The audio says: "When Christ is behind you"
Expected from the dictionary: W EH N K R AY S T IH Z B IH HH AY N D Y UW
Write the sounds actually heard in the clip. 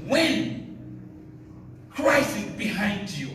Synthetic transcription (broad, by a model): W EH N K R AY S IH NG B IH HH AY N D Y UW